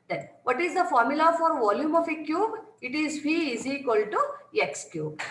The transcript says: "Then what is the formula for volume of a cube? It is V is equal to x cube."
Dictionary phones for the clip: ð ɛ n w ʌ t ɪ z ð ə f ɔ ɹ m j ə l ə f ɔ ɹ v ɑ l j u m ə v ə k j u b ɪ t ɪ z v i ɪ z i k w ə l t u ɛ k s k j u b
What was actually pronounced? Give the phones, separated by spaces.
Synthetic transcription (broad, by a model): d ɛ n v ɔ t ɪ z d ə f ɔ ɹ m j ə l ə f ɔ ɹ v ɑ l j u m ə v ə k j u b ɪ t ɪ z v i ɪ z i k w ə l t u ɛ k s k j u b